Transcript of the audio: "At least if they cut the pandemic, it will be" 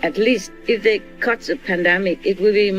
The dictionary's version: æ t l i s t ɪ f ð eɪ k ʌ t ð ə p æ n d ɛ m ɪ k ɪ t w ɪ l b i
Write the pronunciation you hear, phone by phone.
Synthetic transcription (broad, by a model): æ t l i s t ɪ f ð eɪ k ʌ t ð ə p æ n d ɛ m ɪ k ɪ t w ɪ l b i